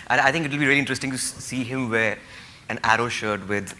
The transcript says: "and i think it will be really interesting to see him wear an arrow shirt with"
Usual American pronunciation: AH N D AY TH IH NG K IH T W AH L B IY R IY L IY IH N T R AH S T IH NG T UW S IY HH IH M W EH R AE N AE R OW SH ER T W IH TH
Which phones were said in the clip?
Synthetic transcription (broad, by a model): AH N AY T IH NG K IH T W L B IY R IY L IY IH N T R AH S T IH NG T UW S IY HH IH M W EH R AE N AE R OW SH ER T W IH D